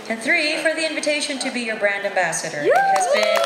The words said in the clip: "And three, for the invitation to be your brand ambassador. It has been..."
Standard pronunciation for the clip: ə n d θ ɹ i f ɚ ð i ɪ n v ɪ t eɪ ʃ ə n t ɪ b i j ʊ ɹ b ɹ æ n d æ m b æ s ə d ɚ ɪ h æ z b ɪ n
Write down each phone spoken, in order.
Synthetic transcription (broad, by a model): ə n θ ɹ i f ɚ ð i ɪ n v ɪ t eɪ ʃ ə n t ɪ b i j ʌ ɹ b ɹ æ n d æ m b æ s ə d ɚ h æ z b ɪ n